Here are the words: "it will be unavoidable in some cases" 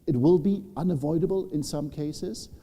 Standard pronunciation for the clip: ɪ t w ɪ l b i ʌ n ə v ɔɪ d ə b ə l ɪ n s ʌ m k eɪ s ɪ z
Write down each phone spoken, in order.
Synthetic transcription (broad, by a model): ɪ t w ɪ l b i ʌ n ə v ɔɪ d ə b ə l ɪ n s ʌ m k eɪ s ɪ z